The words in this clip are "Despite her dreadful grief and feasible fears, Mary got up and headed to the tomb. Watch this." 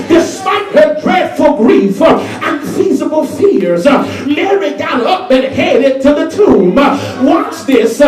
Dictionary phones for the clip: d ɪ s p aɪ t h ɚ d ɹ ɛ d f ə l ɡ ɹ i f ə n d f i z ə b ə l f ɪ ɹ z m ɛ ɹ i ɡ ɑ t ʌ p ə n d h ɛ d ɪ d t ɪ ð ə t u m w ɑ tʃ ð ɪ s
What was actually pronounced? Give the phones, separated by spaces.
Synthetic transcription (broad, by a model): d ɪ s p aɪ t h ɚ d ɹ ɛ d f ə l ɡ ɹ i f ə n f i z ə b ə l f ɪ ɹ z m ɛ ɹ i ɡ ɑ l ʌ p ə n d h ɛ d ɪ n t ɪ ð ə t u m w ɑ s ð ɪ s